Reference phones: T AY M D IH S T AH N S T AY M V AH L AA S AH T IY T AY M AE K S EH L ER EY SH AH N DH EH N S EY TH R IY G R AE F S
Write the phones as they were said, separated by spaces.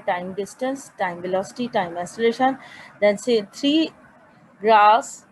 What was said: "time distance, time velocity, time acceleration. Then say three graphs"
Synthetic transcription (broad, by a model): T AY M D IH S T AH N S T AY M V AH L AA S AH T IY T AY M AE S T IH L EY SH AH N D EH N S EY T R IY G R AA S